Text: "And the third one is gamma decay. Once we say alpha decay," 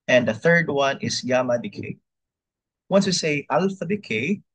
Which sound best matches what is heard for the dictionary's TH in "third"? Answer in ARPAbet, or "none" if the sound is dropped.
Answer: TH